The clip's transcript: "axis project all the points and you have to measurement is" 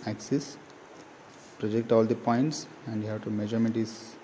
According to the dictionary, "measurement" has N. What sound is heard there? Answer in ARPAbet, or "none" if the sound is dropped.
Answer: none